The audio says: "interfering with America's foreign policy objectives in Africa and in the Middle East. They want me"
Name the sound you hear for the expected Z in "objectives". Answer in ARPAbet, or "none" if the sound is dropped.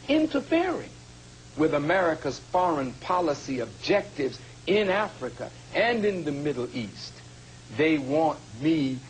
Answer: Z